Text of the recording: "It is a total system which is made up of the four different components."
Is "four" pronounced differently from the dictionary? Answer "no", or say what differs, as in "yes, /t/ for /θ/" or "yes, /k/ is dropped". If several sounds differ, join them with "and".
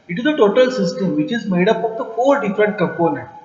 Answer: yes, /l/ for /ɹ/